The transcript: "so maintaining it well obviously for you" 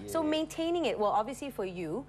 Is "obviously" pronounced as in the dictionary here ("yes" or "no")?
yes